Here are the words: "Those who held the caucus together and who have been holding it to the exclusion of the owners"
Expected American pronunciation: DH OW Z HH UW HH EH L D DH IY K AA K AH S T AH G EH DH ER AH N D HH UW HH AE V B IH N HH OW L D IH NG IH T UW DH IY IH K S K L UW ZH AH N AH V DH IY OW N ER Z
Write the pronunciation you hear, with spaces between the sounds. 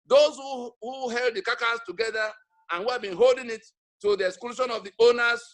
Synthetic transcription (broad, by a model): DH OW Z HH UW HH EH L D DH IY K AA K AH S T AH G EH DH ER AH N HH UW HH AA V B IH N HH OW L D IH NG IH T UW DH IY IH K S K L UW SH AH N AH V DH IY OW N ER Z